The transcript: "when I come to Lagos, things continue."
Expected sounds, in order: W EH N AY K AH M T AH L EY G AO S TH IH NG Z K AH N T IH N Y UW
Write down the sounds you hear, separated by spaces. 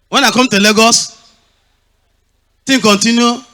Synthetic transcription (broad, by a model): W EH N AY K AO M T AH L EY G AO S T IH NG K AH N T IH N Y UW